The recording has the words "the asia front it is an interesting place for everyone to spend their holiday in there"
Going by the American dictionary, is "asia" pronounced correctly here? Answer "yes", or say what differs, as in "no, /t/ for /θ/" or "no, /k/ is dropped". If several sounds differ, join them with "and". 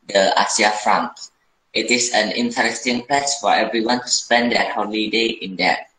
no, /s/ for /ʒ/